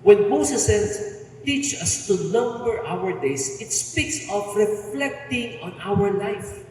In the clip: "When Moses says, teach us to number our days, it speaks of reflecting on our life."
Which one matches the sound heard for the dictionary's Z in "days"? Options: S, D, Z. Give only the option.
S